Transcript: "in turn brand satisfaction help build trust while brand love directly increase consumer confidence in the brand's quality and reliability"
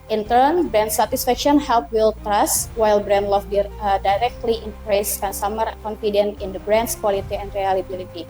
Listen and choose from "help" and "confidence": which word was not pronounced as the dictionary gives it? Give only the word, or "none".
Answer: confidence